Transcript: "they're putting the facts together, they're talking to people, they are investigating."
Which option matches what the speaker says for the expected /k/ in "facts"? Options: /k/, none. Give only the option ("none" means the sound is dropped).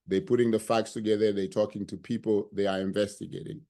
/k/